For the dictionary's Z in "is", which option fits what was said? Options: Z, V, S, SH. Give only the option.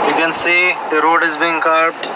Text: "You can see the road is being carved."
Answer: Z